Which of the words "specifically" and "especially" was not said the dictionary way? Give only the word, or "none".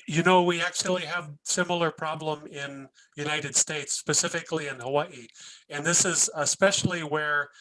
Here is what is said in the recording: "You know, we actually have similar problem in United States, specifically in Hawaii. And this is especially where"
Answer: none